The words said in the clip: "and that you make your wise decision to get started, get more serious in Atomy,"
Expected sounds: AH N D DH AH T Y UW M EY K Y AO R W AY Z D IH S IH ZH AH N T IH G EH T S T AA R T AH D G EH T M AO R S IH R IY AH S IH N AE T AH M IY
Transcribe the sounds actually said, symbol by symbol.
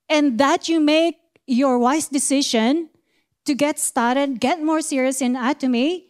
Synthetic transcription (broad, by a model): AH N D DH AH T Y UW M EY K Y AO R W AY S D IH S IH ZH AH N T IH G EH T S T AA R T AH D G EH T M AO R S IH R IY AH S IH N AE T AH M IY